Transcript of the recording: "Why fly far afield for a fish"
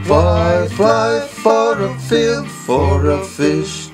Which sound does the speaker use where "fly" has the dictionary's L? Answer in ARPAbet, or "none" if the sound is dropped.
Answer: none